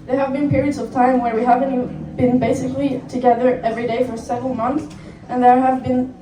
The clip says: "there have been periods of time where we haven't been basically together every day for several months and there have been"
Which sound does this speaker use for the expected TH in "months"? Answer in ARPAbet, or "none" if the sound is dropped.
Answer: TH